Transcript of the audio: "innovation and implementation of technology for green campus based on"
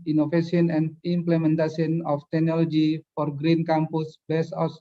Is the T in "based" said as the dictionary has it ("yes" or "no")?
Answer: no